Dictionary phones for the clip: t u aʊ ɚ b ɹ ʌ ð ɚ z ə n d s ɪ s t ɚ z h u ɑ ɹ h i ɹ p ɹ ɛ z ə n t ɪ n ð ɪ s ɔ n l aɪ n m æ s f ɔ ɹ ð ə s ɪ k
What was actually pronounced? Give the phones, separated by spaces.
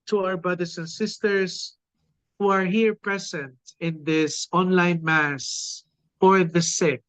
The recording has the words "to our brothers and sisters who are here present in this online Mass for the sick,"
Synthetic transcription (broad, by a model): t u aʊ ɚ b ɹ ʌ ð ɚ s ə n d s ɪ s t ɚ s h u ɑ ɹ h i ɹ p ɹ ɛ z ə n t ɪ n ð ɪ s ɔ n l aɪ n m æ s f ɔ ɹ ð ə s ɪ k